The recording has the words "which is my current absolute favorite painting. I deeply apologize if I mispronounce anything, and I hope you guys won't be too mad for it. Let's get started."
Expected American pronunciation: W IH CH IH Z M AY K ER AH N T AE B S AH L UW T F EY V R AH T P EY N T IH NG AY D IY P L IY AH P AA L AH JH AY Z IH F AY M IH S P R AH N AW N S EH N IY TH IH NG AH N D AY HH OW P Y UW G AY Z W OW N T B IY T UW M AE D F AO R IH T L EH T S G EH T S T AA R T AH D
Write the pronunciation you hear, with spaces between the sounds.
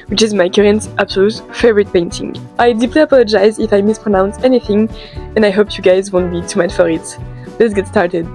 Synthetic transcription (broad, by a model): W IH CH IH Z M AY K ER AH N T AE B S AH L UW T F EY V R AH T P EY N T IH NG AY D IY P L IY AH P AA L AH JH AY Z IH F AY M IH S P R AH N AW N S EH N IY TH IH NG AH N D AY HH OW P Y UW G AY Z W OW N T B IY T UW M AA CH F AO R IH T L EH T S G EH T S T AA R T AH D